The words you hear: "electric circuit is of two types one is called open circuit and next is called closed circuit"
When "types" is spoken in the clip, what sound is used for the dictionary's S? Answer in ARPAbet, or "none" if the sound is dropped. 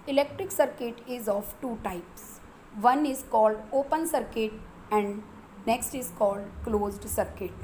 S